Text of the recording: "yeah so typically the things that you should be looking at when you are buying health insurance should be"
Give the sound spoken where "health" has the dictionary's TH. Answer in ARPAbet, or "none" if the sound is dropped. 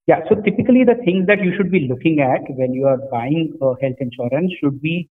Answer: T